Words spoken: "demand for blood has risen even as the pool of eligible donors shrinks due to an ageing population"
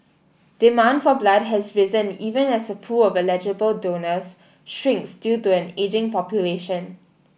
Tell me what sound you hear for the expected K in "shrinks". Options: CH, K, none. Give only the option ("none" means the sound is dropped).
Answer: K